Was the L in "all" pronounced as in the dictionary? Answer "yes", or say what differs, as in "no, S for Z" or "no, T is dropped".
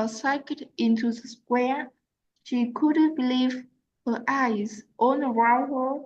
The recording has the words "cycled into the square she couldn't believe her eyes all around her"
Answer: no, N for L